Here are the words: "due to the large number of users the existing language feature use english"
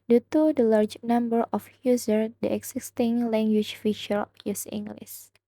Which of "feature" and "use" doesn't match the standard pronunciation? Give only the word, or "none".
feature